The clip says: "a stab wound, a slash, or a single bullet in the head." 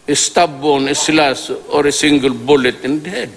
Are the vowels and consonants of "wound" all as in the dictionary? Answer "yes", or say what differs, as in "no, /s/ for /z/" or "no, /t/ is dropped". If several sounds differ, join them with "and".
no, /d/ is dropped